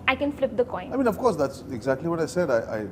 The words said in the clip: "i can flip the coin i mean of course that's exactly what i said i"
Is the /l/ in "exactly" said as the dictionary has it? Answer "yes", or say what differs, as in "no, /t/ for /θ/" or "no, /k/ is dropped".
yes